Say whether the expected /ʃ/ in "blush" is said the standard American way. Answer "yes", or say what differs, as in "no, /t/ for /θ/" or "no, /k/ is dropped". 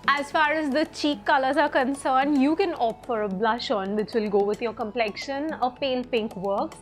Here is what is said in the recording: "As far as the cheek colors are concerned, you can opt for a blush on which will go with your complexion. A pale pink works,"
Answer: yes